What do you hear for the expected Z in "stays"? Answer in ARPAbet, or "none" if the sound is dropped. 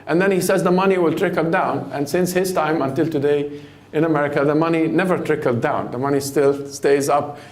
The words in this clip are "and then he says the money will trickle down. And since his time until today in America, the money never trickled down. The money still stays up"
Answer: Z